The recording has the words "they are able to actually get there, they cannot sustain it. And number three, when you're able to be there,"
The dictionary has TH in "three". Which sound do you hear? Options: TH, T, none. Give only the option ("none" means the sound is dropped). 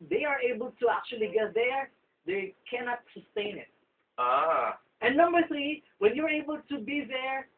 TH